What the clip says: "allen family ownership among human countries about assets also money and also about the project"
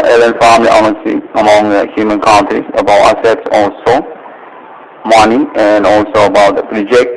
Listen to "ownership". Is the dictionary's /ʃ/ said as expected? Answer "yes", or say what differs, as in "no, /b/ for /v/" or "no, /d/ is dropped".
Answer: no, /s/ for /ʃ/